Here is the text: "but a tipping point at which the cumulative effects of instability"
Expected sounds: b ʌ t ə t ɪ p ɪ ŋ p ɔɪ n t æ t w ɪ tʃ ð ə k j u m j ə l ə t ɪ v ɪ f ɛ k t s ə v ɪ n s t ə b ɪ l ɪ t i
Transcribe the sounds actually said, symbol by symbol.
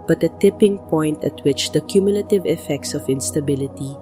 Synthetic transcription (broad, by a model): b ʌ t ə t ɪ p ɪ ŋ p ɔɪ n t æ t w ɪ tʃ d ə k j u m j ə l ə t ɪ v ɪ f ɛ k t s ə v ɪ n s t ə b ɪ l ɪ t i